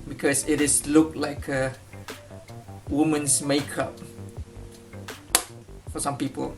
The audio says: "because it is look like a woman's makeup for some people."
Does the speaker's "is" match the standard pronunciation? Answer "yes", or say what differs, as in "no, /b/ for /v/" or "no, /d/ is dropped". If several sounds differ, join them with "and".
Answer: no, /s/ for /z/